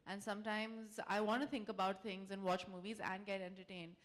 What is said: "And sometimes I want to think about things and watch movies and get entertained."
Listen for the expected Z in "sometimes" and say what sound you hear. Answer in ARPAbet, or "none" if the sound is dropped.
Z